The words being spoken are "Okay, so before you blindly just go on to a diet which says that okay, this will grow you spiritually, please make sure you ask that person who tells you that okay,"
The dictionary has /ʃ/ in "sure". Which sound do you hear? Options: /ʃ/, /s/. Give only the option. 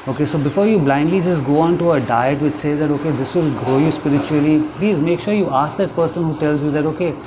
/ʃ/